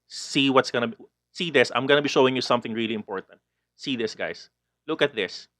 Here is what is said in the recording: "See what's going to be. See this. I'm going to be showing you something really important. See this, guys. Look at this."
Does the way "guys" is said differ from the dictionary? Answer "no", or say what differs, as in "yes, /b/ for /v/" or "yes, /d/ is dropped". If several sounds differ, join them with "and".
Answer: yes, /s/ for /z/